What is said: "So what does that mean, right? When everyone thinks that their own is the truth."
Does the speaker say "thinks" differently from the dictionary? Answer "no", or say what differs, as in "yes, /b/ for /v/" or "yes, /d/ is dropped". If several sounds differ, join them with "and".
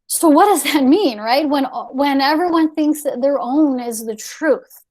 no